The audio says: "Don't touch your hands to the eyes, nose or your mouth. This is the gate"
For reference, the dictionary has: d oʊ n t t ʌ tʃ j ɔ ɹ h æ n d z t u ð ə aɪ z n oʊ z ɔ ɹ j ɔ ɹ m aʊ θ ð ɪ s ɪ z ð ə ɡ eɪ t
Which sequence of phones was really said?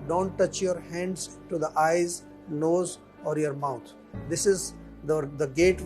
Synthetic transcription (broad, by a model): d oʊ n t t ʌ tʃ j ɔ ɹ h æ n d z t u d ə aɪ z n oʊ z ɔ ɹ j ɔ ɹ m aʊ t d ɪ s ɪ z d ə ɡ eɪ t